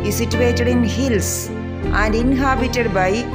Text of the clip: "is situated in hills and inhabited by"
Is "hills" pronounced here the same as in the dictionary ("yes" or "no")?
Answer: no